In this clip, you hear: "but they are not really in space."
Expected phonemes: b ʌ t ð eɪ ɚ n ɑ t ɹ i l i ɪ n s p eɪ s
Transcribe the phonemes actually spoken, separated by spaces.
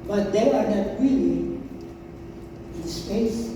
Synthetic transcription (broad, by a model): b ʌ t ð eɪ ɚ n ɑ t w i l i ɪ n s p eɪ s